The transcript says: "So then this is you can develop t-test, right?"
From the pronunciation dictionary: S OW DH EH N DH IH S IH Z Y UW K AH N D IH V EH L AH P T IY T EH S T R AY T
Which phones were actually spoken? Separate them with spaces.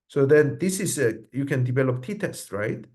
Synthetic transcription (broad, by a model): S OW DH EH N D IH S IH S Y UW K AH N D IH V EH L AH P T IY T EH S T R AY T